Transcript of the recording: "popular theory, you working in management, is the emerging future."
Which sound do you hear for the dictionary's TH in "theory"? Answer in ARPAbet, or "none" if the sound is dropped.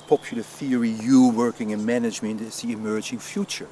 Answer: TH